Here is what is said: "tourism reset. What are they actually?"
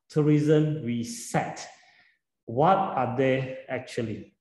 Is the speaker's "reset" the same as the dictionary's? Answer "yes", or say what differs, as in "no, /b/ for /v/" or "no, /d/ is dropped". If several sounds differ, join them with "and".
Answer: no, /w/ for /ɹ/